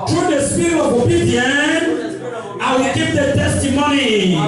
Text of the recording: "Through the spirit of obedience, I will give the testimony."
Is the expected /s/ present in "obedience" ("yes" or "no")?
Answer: no